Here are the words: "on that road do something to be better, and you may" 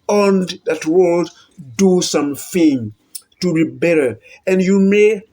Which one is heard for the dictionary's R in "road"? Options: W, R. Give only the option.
W